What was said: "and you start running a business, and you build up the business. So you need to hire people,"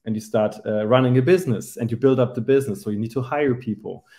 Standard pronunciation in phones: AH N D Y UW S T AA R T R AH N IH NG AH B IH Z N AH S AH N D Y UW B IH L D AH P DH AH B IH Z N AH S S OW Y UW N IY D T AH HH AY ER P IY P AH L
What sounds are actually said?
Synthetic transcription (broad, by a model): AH N Y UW S T AA R T R AH N IH NG AH B IH Z N AH S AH N Y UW B IH L D AH P DH AH B IH Z N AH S S OW Y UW N IY D T AH HH AY ER P IY P L